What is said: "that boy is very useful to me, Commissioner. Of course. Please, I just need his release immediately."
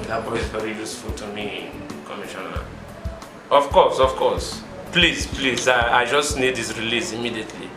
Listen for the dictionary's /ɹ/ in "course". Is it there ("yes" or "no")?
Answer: no